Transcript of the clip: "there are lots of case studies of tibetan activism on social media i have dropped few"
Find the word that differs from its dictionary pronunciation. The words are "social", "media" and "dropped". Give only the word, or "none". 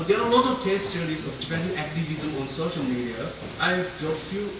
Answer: dropped